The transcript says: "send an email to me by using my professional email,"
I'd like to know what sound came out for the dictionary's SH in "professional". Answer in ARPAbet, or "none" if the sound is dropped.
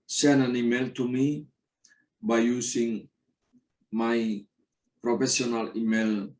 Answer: S